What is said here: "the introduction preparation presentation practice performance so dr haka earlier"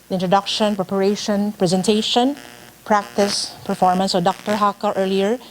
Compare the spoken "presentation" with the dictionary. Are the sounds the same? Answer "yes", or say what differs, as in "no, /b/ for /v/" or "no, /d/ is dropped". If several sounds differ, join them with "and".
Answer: yes